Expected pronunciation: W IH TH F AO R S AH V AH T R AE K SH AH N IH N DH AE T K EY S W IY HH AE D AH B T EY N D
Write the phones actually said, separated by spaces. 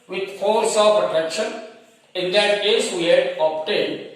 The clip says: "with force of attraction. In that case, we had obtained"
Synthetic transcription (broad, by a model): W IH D F AO R S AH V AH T EH K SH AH N IH N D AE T K EY S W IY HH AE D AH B T EY N D